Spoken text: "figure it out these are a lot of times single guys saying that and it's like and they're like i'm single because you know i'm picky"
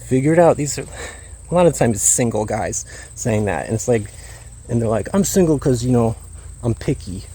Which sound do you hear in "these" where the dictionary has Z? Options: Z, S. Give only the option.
Z